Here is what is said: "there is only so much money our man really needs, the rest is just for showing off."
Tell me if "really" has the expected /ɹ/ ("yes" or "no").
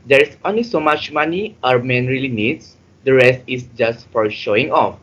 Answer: yes